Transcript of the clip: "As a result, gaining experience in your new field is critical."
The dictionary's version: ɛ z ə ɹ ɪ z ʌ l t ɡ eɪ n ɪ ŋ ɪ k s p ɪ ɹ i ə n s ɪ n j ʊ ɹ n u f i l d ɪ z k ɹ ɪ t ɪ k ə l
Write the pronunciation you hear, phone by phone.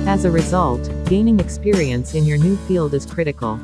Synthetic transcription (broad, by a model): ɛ z ə ɹ ɪ z ʌ l t ɡ eɪ n ɪ ŋ ɪ k s p ɪ ɹ i ə n s ɪ n j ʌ ɹ n u f i l d ɪ z k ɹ ɪ t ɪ k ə l